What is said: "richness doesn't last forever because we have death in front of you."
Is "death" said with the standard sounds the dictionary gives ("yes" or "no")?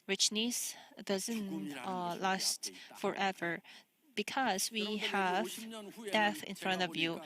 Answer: yes